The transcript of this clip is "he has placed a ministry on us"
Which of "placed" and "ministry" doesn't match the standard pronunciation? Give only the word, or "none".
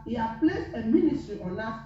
placed